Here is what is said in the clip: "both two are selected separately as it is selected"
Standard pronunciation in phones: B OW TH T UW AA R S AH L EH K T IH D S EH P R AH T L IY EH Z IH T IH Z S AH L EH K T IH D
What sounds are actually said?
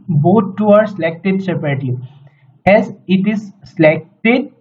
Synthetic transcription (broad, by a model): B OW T T UW AA R S AH L EH K T IH D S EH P AH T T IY EH Z IH T IH Z S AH L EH K T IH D